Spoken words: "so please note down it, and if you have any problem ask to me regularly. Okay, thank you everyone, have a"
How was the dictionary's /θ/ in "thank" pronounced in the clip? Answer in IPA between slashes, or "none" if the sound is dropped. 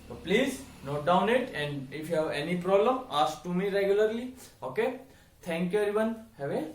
/t/